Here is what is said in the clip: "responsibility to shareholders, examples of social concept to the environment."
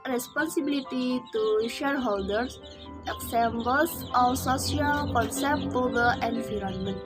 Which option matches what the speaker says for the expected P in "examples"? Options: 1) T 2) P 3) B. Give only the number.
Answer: 3